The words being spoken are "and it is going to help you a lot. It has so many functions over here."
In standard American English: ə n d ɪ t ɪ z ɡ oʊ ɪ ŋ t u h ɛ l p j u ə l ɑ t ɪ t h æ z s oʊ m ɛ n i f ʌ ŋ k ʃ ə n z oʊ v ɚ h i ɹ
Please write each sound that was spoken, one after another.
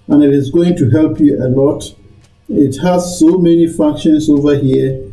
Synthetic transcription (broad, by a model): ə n ɪ t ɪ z ɡ oʊ ɪ ŋ t u h ɛ l p j u ə l ɑ t ɪ t h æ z s oʊ m ɛ n i f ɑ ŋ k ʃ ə n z oʊ v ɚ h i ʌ